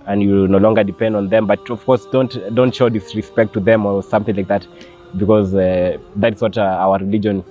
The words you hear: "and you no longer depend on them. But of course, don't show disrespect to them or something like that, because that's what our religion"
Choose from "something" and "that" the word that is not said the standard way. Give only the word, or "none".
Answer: none